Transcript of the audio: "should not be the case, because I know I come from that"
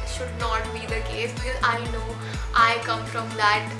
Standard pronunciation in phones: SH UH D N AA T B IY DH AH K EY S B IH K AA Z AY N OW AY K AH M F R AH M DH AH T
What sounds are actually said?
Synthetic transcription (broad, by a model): SH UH D N AA T B IY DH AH K EY S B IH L AA IH N OW AY K AH M F R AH M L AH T